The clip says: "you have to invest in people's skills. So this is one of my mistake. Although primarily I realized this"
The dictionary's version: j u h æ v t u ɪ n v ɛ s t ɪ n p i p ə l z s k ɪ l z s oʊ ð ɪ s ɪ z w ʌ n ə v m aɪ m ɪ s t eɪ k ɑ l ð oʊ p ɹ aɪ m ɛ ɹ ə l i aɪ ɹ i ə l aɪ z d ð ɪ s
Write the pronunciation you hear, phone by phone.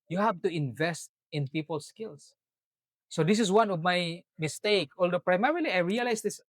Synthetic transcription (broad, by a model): j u h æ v t u ɪ n v ɛ s t ɪ n p i p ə l s k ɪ l s oʊ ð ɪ s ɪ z w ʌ n ə v m aɪ m ɪ s t eɪ k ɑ l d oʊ p ɹ aɪ m ɛ ɹ ə l i aɪ ɹ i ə l aɪ s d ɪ s